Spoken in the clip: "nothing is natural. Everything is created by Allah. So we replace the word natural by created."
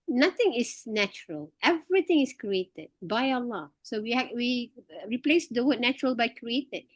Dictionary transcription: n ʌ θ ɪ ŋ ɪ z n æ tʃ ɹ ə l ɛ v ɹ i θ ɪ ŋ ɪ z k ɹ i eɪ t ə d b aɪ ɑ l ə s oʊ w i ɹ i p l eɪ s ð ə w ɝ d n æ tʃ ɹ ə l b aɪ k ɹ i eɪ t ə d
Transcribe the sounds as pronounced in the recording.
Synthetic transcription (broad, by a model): n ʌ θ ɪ ŋ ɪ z n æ tʃ ɹ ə l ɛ v ɹ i t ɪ ŋ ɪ s k ɹ i eɪ t ə d b aɪ ɑ l ə s oʊ w i ɹ i p l eɪ s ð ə w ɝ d n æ tʃ ɹ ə l b aɪ k ɹ i eɪ t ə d